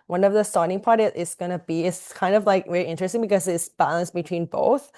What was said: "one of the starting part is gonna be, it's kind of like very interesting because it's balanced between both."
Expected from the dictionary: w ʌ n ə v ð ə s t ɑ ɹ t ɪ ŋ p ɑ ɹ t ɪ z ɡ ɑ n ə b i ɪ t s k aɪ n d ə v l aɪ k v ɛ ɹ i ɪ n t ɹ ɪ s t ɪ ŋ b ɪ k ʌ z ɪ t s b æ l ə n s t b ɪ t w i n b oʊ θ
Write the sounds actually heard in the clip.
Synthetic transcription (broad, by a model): w ʌ n ə v ð ə s t ɑ ɹ t ɪ ŋ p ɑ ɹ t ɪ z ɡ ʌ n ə b i ɪ t s k aɪ n d ə v l aɪ k v ɛ ɹ i ɪ n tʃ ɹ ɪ s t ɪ ŋ b ɪ k ʌ z ɪ t s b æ l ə n s b ɪ t w i n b oʊ θ